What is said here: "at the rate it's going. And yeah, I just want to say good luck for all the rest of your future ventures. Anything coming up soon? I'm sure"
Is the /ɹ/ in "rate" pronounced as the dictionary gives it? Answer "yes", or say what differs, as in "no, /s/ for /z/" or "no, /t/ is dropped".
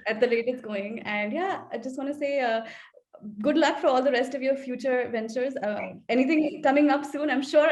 no, /l/ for /ɹ/